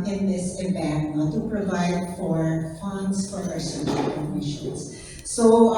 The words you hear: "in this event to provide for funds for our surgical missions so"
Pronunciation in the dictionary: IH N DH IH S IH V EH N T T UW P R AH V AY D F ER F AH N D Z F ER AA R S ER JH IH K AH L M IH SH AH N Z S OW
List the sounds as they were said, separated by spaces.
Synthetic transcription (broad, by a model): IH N DH IH S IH B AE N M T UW P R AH V AY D F ER F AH N D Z F ER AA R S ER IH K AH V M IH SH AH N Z S OW